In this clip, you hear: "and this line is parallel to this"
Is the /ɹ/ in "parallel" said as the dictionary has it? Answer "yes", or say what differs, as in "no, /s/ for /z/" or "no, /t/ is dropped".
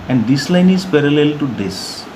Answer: yes